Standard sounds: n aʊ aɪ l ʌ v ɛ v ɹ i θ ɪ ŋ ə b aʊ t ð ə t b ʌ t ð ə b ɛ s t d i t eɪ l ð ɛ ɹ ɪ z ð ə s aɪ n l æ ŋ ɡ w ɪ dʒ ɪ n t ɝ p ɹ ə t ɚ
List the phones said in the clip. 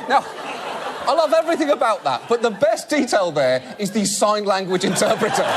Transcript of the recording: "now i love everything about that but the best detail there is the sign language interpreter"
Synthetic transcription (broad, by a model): n aʊ aɪ l ʌ v ɛ v ɹ i θ ɪ ŋ ə b aʊ t ð ə t b ʌ t ð ə b ɛ s d i t eɪ l ð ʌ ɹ ɪ z ð ə s aɪ n l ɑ ŋ ɡ w ɪ dʒ ɪ n t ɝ p ɹ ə t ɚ